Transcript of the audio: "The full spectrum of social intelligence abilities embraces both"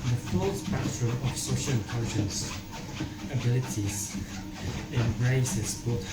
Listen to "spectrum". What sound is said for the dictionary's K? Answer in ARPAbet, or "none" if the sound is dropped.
none